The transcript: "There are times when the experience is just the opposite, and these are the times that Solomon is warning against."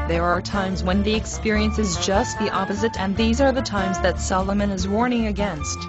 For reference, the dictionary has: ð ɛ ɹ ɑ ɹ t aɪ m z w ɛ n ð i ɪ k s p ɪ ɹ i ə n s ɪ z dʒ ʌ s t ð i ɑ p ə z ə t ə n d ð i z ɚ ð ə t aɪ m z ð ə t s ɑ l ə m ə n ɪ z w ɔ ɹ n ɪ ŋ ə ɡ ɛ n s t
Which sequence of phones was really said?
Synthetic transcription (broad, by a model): ð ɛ ɹ ɑ ɹ t aɪ m z w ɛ n ð i ɪ k s p ɪ ɹ i ə n s ɪ z dʒ ʌ s t ð i ɑ p ə z ə t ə n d ð i z ɚ ð ə t aɪ m z ð ə t s ɑ l ə m ə n ɪ z w ɔ ɹ n ɪ ŋ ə ɡ ɛ n s t